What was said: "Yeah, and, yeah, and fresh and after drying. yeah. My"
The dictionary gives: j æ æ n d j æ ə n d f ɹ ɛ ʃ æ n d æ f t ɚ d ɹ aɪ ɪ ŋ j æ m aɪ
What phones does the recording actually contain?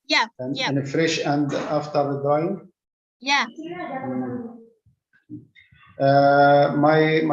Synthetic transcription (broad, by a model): j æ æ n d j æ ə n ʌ f ɹ ɛ ʃ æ n d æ f t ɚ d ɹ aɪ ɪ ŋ j æ m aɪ